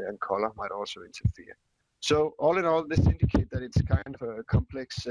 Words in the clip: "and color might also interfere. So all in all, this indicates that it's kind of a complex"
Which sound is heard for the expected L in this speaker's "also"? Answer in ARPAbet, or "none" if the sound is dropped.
L